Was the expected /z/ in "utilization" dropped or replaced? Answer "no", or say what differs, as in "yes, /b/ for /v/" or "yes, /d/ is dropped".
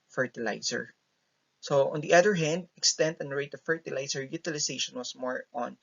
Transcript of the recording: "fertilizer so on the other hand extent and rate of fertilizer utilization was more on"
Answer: yes, /s/ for /z/